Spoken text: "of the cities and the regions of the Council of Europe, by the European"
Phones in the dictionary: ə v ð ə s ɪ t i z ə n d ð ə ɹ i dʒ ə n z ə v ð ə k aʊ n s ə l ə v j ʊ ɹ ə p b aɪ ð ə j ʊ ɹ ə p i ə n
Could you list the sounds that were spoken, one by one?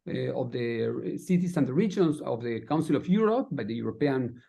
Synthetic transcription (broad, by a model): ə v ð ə s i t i s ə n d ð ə ɹ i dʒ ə n s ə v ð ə k aʊ n s ə l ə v j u ɹ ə p b aɪ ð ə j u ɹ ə p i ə n